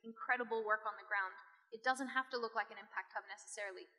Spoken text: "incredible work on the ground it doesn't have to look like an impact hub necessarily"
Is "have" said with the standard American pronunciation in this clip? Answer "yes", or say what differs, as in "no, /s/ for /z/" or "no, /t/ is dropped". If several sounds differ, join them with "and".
no, /f/ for /v/